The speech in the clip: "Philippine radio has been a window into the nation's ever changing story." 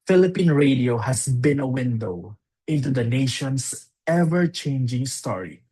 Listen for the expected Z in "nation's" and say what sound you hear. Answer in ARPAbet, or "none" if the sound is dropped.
S